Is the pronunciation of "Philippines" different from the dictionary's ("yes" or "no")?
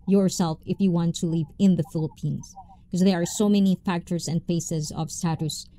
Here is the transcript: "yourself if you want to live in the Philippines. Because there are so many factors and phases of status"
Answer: no